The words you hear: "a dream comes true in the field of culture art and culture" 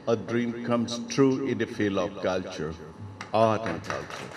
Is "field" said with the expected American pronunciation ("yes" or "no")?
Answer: no